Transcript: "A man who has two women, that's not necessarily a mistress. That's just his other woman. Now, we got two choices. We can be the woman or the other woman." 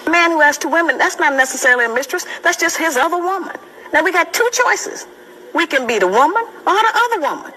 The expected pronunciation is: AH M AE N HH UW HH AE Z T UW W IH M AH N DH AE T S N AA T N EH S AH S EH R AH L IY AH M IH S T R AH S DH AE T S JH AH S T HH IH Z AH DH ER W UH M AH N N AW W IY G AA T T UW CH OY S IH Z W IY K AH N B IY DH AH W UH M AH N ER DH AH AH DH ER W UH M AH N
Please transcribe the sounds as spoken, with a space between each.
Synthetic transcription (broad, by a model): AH M AE N HH UW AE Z T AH W IH M AH N DH AE T S N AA T N EH S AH S EH R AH L IY AH M IH S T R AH S DH AE T S JH AH S T HH IH Z AH DH ER W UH M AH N N AW W IY G AA T T UW CH OY S IH Z W IY K AH N B IY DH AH W UH M AH N ER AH AH DH ER W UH M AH N